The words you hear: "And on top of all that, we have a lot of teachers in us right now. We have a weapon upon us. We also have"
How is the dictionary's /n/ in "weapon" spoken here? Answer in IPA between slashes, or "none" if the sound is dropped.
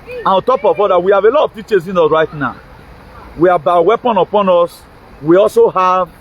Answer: /n/